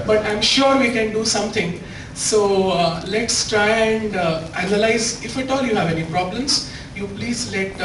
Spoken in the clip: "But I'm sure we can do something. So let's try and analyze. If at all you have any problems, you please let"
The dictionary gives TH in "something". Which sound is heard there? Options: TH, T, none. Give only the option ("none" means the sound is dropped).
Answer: T